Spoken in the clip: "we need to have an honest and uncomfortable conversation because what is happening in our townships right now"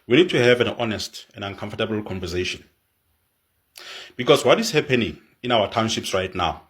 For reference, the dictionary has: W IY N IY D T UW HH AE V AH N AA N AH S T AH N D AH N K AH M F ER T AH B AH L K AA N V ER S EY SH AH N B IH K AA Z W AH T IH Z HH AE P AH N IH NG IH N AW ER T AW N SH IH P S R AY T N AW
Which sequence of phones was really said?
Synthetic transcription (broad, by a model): W IY N IY D T UW HH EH V AH N AA N AH S T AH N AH N K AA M F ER T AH B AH L K AA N V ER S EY SH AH N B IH K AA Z W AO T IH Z HH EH P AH N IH NG IH N AW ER T AW N SH IH P S R AY T N AW